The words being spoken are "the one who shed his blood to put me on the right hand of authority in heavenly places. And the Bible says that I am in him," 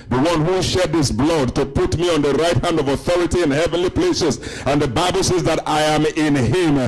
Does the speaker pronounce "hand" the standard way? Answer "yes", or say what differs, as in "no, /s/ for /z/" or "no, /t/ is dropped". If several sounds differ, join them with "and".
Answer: yes